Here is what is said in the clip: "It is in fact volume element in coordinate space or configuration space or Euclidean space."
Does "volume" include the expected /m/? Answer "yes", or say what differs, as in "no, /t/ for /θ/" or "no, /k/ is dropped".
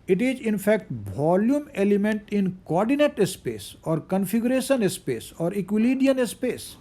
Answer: yes